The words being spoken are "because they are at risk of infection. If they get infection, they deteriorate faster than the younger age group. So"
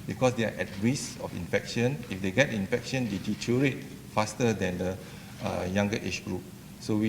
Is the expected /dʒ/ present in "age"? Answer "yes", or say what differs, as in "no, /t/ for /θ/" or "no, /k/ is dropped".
no, /tʃ/ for /dʒ/